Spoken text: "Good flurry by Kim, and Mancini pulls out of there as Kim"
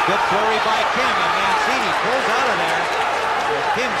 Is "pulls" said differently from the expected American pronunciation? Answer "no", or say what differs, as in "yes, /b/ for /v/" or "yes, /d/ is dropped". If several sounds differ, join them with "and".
no